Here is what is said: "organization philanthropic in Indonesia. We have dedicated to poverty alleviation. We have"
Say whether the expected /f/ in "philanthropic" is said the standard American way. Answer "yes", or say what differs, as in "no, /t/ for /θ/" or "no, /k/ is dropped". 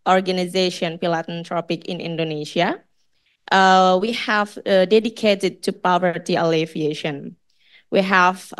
no, /p/ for /f/